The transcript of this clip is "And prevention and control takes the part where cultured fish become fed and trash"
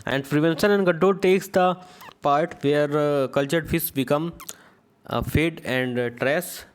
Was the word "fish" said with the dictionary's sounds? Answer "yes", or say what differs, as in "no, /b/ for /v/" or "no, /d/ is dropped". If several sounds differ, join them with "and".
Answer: no, /s/ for /ʃ/